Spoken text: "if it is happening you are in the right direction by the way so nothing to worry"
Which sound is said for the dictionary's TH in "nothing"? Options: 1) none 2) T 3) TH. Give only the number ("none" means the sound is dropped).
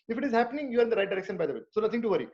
2